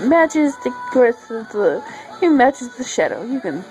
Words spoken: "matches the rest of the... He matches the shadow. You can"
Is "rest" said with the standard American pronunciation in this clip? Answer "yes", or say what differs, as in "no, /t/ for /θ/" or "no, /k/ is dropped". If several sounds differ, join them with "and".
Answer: no, /t/ is dropped